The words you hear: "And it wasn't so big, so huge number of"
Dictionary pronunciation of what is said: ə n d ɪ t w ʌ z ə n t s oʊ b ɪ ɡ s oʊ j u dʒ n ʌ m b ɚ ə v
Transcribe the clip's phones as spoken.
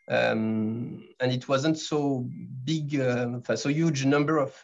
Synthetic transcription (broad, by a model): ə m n ɪ t w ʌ z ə n t s oʊ b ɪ ɡ s oʊ j u dʒ n ʌ m b ɚ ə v